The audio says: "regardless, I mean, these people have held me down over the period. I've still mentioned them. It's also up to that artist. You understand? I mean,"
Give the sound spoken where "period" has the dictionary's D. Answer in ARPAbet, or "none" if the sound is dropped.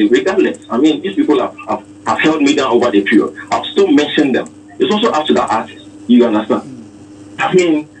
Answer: none